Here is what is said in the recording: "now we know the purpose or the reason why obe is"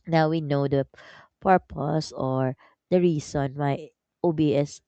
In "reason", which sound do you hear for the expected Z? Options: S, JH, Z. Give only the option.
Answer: S